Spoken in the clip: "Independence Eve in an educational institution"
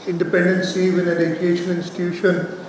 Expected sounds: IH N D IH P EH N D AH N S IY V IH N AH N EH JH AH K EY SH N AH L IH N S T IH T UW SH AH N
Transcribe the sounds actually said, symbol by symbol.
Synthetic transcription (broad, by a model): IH N D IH P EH N D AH N S IY V IH N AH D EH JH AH EY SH AH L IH N S T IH T UW SH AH N